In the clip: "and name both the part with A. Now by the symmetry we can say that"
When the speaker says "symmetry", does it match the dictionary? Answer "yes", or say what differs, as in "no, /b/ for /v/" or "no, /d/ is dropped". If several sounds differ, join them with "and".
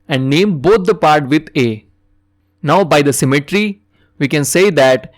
yes